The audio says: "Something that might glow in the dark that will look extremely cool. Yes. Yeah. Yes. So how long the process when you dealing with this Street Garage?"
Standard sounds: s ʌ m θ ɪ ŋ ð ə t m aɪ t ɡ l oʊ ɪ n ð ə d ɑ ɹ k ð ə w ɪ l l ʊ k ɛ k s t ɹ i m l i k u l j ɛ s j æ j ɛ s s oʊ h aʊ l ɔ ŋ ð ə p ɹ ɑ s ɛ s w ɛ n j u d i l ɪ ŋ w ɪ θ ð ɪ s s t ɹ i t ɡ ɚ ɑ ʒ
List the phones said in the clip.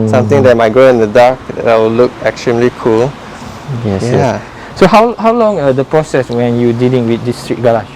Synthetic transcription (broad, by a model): s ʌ m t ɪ ŋ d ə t m aɪ t ɡ oʊ ɪ n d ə d ɑ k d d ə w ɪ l l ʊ k ɛ k s t ɹ i m l i k u l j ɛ s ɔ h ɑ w h aʊ l ɔ ŋ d ə p ɹ ɑ s ɛ s w ɛ n j u d i l ɪ ŋ w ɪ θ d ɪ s s t ɹ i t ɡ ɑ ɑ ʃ